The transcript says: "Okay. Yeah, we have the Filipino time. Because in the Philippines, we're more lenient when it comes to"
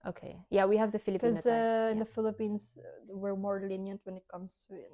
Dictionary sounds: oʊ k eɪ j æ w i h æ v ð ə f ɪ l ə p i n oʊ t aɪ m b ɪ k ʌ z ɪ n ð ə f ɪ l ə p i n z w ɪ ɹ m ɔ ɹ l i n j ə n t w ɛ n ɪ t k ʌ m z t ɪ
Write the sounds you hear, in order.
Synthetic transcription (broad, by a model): oʊ k eɪ j æ w i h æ v ð ə f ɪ l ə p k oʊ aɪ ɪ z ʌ ɪ n ð ə f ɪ l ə p i n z w ɪ ɹ m ɔ ɹ l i n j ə n t w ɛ n ɪ t k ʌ m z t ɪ